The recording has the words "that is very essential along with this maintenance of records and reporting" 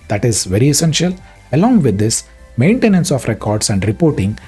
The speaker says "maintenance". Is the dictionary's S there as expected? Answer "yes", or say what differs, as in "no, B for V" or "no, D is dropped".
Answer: yes